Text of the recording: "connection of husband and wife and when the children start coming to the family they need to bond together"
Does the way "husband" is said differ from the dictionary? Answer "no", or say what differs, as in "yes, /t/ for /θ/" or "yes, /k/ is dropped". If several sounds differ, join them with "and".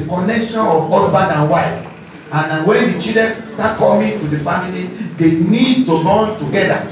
yes, /d/ is dropped